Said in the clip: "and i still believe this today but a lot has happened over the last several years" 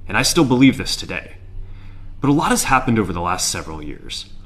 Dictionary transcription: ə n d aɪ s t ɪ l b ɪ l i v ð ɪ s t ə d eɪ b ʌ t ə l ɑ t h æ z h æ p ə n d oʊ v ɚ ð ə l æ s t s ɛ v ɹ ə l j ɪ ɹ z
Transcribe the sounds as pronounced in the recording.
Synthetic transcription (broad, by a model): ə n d aɪ s t ɪ l b ɪ l i v ð ɪ s t ə d eɪ b ʌ t ə l ɑ t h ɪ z h æ p ə n d oʊ v ɚ ð ə l æ s t s ɛ v ɹ l j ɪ ɹ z